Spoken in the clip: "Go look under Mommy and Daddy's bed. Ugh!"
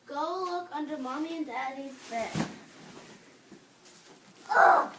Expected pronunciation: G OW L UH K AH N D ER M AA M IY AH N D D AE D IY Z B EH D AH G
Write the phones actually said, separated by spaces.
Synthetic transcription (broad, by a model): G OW L UH K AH N D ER M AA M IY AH N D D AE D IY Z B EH AH